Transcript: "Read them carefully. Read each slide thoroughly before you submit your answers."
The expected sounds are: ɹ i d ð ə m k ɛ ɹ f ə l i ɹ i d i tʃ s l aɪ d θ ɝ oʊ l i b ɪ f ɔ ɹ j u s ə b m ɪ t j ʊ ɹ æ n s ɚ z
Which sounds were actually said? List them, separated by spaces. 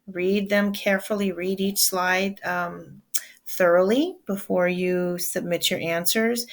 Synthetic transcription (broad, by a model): ɹ i d ð ə m k ɛ ɹ f l i ɹ i d i tʃ s l aɪ d θ ɝ oʊ l i b ɪ f ɔ ɹ j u s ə b m ɪ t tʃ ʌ ɹ æ n s ɚ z